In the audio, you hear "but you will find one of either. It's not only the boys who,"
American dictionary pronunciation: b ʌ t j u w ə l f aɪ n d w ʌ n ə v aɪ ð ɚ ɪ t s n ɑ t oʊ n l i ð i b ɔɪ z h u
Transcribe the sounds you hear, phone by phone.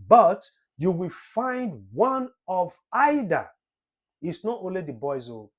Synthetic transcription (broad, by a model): b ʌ t j u w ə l f aɪ n d w ʌ n ə v aɪ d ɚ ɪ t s n ɑ t oʊ n l i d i b ɔɪ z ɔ